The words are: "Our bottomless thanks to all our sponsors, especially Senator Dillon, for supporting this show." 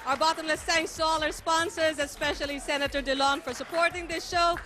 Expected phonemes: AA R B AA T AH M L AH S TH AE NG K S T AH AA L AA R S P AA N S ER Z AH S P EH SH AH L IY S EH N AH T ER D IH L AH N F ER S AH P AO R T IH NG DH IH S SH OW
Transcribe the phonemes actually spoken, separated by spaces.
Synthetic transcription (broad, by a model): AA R B AA T AH M L AH S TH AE NG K S T AH AA L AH R S P AA N S ER Z AH S P EH SH AH L IY S EH N AH T ER D IH L AH N F ER S AH P AO R T IH NG DH IH S SH OW